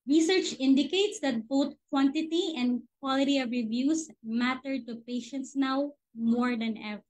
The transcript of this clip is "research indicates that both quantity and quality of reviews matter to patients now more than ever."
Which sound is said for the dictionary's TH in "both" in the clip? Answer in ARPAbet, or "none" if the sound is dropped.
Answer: T